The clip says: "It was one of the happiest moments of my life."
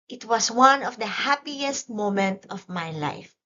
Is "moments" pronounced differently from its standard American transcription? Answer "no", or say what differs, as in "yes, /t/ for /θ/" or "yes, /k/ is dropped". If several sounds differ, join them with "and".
yes, /s/ is dropped